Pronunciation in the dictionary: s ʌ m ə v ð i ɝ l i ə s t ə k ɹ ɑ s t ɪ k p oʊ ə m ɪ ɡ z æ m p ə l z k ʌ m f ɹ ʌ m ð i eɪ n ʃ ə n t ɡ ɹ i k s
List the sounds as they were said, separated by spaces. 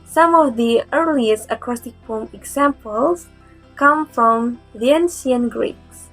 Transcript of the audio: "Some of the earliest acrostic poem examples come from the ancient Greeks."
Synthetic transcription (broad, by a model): s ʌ m ə v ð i ɝ l i ə s t ə k ɹ ɑ s t ɪ k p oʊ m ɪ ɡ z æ m p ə l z k ʌ m f ɹ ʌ m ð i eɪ n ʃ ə n ɡ ɹ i k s